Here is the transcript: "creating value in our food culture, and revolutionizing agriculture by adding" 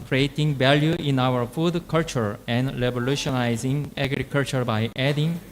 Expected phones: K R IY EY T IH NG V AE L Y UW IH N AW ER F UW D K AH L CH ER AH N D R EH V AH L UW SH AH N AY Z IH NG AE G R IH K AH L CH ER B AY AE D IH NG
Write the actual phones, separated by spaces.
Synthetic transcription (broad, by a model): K R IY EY T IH NG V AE L Y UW IH N AW ER F UW D K AH L CH ER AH N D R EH B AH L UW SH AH N AY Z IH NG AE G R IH K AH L CH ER B AY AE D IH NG